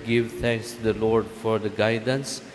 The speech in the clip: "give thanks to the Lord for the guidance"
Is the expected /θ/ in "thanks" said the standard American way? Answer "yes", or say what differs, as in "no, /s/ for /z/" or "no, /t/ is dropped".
no, /t/ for /θ/